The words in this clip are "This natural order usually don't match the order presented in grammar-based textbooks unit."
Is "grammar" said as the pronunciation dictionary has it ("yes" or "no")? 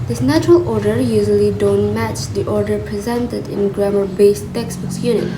yes